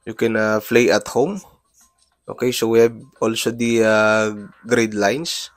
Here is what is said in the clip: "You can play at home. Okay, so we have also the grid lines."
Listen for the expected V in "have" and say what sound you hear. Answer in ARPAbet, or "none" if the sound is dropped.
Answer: B